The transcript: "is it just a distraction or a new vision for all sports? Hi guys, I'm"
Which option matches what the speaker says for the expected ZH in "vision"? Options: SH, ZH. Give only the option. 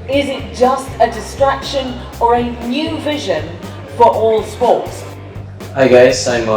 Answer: ZH